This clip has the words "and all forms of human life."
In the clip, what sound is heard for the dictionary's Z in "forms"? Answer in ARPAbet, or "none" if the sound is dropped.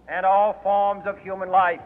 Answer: Z